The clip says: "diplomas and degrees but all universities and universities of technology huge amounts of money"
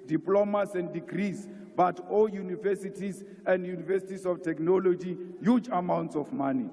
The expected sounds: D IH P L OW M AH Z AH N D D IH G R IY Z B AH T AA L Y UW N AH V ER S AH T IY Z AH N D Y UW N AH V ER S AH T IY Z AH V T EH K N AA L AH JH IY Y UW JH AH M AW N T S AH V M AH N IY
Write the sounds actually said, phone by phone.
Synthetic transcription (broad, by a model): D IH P L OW M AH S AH N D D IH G R IY S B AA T AA L Y UW N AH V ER S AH T IY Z AH N D Y UW N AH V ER S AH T IY S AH F T EH K N AA L AH JH IY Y UW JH AH M AW N T S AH F M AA N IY